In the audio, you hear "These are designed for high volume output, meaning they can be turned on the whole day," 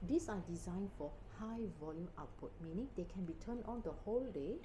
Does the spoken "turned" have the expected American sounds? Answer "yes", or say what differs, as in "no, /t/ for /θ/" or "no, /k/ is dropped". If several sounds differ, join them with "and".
no, /d/ is dropped